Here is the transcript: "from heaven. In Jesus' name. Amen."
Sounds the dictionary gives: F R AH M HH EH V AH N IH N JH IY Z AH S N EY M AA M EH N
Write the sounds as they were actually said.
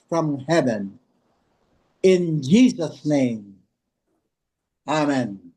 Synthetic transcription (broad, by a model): F R AH M HH EH V AH N IH N JH IY Z AH S N EY M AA M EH N